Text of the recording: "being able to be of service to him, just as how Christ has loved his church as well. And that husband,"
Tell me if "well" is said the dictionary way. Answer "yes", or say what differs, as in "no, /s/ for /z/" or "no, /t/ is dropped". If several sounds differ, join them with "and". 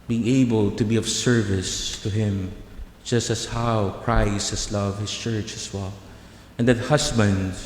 yes